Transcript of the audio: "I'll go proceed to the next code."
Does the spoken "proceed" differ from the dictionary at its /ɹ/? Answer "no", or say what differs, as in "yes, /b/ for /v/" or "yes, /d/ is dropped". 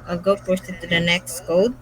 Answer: yes, /ɹ/ is dropped